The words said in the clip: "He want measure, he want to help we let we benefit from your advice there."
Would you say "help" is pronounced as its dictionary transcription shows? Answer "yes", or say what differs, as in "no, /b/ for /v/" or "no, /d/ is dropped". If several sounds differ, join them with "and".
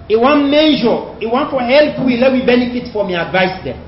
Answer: yes